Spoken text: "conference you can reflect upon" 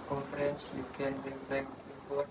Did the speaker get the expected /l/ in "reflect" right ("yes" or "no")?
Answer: no